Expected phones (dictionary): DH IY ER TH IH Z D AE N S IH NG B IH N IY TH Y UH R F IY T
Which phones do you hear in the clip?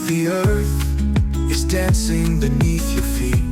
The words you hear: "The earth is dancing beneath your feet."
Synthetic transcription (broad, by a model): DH IY ER TH IH Z D AE N S IH NG B IH N IY TH Y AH R F IY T